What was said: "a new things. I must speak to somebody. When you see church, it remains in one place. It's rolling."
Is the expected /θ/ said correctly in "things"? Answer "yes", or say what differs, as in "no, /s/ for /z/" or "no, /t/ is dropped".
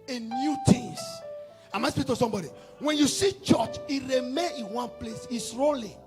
no, /t/ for /θ/